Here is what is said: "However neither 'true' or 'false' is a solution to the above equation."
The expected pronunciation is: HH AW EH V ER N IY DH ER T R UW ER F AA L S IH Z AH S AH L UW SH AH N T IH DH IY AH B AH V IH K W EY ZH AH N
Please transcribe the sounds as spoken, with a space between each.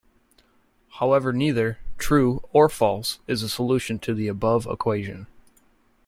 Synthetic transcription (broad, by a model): HH AW EH V ER N IY DH ER T R UW ER F AA L S IH Z AH S AH L UW SH AH N T IH DH IY AH B AH V IH K W EY ZH AH N